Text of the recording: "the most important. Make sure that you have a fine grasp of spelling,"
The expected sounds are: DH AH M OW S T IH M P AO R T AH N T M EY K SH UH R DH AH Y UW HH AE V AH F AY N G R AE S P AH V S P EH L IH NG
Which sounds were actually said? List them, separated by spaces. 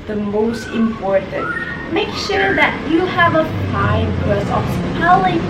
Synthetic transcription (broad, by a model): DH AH M OW S T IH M P AO R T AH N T M EY K SH UH R DH AH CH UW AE V AH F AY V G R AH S AH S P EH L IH